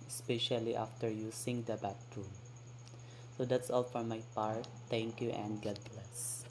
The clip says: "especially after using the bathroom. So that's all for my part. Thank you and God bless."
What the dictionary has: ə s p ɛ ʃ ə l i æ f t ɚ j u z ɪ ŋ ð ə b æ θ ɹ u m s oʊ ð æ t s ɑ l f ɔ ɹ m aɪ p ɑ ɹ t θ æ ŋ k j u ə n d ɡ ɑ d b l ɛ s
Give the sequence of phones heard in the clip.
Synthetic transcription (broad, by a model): s p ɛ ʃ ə l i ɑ f t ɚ j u s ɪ ŋ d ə b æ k ɹ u m s oʊ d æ t s ɑ l f ɔ ɹ m aɪ p ɑ ɹ t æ ŋ k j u ə n d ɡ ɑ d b l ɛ s